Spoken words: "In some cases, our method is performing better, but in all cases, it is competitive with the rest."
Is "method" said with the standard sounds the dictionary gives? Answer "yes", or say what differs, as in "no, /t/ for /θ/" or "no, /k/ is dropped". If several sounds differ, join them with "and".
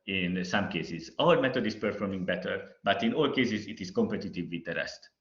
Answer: no, /t/ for /θ/